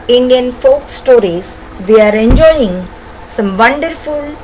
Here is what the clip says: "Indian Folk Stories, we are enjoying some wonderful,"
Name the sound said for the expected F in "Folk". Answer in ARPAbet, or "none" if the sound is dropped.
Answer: F